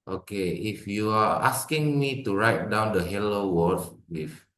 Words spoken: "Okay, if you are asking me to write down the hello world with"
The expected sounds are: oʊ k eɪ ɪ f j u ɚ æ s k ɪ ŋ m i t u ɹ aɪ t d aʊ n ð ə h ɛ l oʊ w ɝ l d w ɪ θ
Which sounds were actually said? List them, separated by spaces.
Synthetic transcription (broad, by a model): oʊ k eɪ ɪ f j u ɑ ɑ s k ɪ ŋ m i t u ɹ aɪ t d aʊ n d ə h ɛ l oʊ w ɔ d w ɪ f